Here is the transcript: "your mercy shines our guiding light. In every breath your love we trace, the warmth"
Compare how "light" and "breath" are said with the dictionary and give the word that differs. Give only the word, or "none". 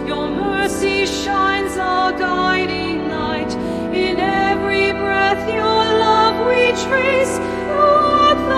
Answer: light